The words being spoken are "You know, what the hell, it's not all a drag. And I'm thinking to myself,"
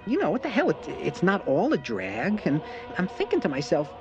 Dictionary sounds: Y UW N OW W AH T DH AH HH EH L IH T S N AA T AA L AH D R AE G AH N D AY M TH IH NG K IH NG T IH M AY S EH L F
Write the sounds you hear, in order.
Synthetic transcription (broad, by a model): Y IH N OW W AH T DH AH HH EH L IH T S N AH T AA L AH D R AE G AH N AY M TH IH NG K IH NG T IH M AY S EH L F